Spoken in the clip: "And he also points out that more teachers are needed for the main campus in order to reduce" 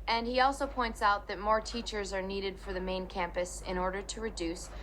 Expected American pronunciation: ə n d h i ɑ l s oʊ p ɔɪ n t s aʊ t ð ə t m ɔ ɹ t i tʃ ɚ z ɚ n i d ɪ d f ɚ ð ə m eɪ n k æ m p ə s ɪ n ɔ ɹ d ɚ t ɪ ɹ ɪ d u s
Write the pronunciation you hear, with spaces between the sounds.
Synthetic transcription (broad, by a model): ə n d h i ɑ l s oʊ p ɔɪ n t s aʊ t ð ə t m ɔ ɹ t i tʃ ɚ z ɚ n i d ɪ d f ɚ ð ə m eɪ n k æ m p ə s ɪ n ɔ ɹ d ɚ t ɪ ɹ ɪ d u s